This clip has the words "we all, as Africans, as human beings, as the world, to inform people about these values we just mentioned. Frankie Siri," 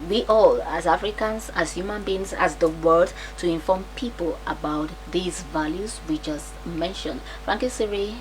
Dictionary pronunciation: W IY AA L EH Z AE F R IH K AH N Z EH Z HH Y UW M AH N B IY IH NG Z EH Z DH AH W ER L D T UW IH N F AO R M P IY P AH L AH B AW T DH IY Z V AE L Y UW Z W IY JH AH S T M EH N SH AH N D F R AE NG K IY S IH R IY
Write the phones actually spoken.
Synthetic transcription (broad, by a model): W IY AA L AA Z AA F R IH K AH N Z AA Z HH Y UW M AH N B IY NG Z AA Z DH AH W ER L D T UW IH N F AO M P IY P AH L AH B AW T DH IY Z V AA L Y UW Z W IY JH AH S T M EH N SH AH N D F R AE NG K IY S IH R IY